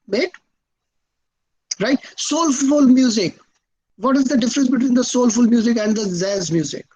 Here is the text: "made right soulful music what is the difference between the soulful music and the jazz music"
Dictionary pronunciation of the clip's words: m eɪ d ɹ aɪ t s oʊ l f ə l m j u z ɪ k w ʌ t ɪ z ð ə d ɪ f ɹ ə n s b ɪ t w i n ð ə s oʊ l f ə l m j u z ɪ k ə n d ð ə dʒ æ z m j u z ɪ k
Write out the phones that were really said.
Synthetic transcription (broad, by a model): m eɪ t ɹ aɪ t s oʊ l f ə l m j u z ɪ k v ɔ t ɪ z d ə d ɪ f ɹ ə n s b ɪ t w i n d ə s oʊ l f ə l m j u z ɪ k ə n d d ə z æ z m j u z ɪ k